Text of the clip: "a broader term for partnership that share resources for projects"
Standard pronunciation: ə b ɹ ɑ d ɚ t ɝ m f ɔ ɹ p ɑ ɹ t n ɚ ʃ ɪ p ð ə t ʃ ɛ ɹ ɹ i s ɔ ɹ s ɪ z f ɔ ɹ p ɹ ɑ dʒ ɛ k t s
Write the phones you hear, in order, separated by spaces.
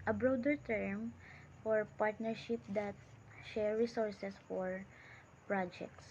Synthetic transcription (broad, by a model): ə b ɹ ɑ d ɚ t ɝ m f ɔ ɹ p ɑ ɹ t n ɚ ʃ ɪ p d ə t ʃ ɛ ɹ ɹ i s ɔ ɹ s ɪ s f ɔ ɹ p ɹ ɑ dʒ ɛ k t s